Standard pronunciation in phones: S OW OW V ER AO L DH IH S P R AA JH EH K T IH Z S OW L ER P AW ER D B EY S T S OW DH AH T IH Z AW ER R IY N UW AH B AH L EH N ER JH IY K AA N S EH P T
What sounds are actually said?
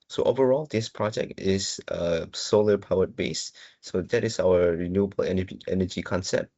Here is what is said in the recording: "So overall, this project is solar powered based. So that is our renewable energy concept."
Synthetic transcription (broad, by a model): S OW OW V ER AO L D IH S P R AA JH EH K T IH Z S OW L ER P AW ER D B EY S S OW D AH T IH S AW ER R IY N UW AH B AH L EH N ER JH IY K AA N S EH P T